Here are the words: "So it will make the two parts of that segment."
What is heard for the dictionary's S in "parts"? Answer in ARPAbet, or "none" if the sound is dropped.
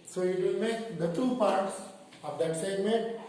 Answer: S